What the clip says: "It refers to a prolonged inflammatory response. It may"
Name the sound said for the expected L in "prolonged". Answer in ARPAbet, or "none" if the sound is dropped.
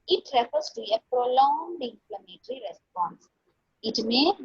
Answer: L